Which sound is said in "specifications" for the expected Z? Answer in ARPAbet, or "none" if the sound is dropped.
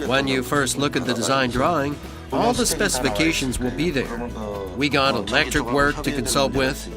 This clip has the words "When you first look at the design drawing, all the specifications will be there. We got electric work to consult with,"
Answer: Z